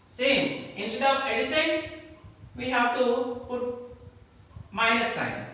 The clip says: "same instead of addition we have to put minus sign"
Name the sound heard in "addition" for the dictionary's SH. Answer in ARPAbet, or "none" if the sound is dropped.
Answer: S